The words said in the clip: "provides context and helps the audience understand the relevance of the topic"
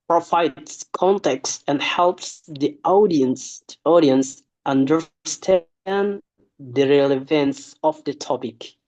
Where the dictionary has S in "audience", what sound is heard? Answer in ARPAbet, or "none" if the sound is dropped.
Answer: S